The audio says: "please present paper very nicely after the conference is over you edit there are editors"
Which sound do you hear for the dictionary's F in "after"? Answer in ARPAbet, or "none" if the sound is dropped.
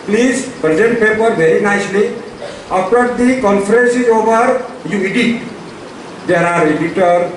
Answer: P